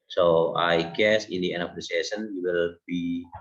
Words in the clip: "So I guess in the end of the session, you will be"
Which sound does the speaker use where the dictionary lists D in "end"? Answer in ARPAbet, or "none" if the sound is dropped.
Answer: none